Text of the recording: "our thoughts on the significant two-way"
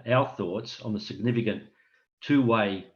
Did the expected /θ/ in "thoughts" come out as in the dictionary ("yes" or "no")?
yes